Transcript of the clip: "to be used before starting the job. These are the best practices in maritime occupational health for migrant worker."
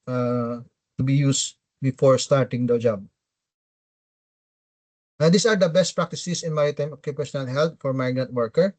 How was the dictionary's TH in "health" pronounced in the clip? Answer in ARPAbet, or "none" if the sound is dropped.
T